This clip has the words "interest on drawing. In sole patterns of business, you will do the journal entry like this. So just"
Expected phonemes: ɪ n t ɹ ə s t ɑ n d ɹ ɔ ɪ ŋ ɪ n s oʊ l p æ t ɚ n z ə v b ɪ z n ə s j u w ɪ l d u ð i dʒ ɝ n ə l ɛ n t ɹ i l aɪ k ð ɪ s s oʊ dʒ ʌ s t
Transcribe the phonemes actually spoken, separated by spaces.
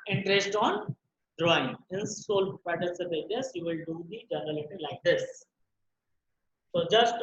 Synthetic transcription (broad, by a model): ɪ n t ɹ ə s t ɑ n d ɹ ɔ ɪ ŋ ɪ n s oʊ l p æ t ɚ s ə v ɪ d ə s j u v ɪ l d u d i dʒ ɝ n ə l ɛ t i l aɪ k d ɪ s s oʊ dʒ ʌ s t